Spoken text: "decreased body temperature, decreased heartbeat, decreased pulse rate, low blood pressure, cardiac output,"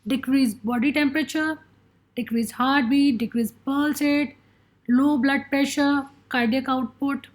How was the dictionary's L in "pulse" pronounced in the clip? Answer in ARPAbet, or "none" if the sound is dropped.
L